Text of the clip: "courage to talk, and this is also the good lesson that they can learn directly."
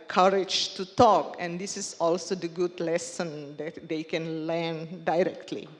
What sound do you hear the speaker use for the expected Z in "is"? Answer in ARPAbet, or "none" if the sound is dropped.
S